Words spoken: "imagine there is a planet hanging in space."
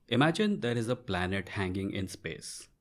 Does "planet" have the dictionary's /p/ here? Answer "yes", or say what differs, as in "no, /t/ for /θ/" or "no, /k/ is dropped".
yes